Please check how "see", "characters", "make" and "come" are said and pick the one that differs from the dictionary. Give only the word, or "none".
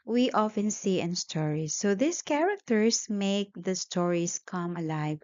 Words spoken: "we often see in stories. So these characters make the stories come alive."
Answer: characters